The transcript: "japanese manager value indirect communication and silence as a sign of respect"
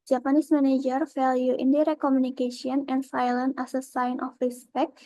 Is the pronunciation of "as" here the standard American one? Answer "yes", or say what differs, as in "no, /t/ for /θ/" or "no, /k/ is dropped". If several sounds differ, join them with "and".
no, /s/ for /z/